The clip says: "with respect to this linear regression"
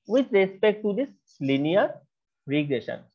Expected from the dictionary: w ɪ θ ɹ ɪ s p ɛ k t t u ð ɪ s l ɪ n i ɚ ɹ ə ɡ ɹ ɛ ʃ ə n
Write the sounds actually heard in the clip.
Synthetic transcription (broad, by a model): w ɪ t ɹ ɪ s p ɛ k t t u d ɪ s l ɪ n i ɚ ɹ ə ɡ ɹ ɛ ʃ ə n